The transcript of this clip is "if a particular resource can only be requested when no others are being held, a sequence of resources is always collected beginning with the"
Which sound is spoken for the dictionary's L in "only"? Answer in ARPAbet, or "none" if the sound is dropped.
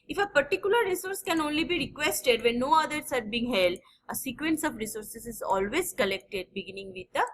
L